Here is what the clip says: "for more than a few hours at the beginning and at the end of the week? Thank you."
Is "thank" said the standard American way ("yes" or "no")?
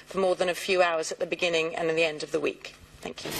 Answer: yes